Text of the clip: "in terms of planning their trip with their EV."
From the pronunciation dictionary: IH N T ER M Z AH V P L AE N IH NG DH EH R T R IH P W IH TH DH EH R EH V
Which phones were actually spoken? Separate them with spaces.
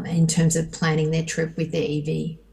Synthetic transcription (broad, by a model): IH N T ER M Z AH V P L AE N IH NG DH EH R T R IH P W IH DH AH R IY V